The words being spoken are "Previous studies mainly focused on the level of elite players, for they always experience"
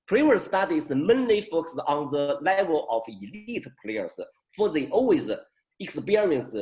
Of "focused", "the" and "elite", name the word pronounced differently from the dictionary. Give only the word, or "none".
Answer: focused